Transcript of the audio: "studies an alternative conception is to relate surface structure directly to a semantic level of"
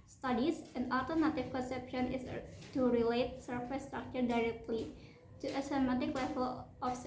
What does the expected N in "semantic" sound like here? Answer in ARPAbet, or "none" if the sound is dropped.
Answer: none